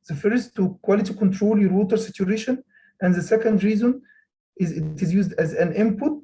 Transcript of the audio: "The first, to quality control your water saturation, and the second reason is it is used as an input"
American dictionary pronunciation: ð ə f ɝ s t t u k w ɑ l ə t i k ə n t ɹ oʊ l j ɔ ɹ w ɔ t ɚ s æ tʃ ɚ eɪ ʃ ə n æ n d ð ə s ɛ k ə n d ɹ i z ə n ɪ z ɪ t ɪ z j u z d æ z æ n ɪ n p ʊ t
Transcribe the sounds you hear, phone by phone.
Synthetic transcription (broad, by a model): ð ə f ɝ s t t u k w ɑ l ə t i k ə n t ɹ oʊ l j ɔ ɹ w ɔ t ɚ s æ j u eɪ ʃ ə n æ n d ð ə s ɛ k ə n d ɹ i z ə n ɪ z ɪ t ɪ z j u z d æ z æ n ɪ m p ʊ t